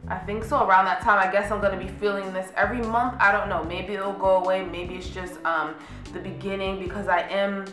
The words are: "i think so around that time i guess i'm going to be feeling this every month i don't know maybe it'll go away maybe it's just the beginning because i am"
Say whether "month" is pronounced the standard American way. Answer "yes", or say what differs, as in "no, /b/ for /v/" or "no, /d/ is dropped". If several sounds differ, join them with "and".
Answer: yes